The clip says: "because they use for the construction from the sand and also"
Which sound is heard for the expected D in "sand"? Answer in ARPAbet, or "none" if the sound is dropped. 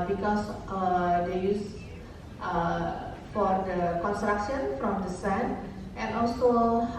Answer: none